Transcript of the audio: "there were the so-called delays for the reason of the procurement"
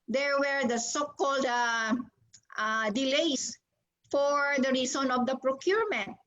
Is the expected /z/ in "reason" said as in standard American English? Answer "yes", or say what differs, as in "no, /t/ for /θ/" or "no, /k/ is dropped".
no, /s/ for /z/